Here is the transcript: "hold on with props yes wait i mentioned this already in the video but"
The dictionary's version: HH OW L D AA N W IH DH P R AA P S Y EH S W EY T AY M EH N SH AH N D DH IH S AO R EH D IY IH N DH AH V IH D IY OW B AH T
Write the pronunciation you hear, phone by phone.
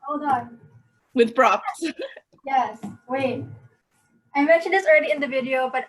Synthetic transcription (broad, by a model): OW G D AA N W IH DH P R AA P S Y EH S W EY T AY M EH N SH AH N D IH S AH R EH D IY IH N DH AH V IH D IY OW B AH T